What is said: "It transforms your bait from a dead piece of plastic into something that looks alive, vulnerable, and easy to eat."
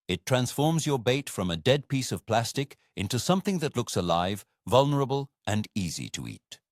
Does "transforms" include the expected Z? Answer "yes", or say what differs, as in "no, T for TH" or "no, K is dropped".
yes